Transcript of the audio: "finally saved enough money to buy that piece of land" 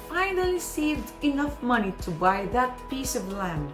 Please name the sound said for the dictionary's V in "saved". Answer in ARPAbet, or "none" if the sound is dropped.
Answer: V